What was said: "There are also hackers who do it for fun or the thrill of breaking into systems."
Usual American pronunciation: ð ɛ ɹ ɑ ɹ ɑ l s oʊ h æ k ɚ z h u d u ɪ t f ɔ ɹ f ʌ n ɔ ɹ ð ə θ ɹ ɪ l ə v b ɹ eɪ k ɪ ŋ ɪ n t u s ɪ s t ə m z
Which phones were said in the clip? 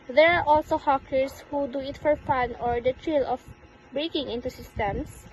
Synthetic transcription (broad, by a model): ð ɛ ɹ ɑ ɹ ɑ l s oʊ h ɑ k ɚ s h u d u ɪ t f ɔ ɹ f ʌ n ɔ ɹ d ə t ɹ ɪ l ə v b ɹ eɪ k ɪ ŋ ɪ n t u s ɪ s t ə m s